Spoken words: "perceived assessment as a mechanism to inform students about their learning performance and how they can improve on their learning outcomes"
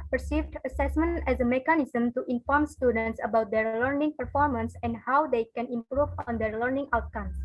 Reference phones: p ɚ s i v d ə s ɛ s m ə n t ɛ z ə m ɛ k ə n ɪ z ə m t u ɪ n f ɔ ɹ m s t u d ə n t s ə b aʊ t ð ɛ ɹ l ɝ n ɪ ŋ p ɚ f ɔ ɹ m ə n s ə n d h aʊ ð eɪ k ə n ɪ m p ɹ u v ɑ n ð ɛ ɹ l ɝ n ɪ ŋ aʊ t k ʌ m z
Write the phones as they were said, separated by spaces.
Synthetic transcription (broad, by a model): p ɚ s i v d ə s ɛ s m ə n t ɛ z ə m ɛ k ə n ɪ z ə m t u ɪ n f ɔ ɹ m s t u d ə n t s ə b aʊ t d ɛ ɹ l ɝ n ɪ ŋ p ɚ f ɔ ɹ m ə n s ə n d h aʊ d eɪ k ə n ɪ m p ɹ u v ɑ n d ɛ ɹ l ɝ n ɪ ŋ aʊ t k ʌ m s